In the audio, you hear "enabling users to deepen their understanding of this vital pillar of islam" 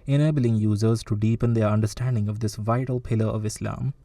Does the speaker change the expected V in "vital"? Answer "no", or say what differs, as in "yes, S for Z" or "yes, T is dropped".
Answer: no